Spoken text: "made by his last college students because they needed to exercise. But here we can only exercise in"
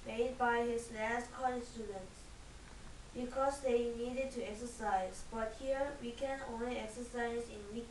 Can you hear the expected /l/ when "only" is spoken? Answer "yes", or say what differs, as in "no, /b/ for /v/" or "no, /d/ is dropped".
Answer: yes